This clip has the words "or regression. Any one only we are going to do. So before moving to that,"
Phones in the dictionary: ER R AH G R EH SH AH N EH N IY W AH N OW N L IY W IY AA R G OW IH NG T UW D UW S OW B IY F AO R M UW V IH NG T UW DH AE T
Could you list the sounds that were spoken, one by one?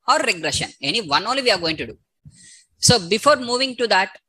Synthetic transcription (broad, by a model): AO R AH G R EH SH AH N EH N IY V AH N OW N L IY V IY AA R G OW IH NG T UW D UW S OW B IY F AO R M UW V IH NG T UW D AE T